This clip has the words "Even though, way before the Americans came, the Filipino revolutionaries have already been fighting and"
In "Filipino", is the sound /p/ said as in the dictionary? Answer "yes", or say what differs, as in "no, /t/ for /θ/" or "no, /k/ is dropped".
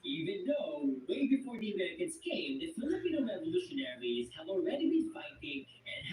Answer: no, /p/ is dropped